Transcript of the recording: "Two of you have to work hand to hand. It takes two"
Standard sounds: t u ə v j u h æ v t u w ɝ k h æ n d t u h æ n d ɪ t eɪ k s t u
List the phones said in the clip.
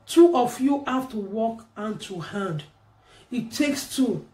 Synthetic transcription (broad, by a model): t u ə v j u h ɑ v t u w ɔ k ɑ n t u h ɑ n d ɪ t eɪ k s t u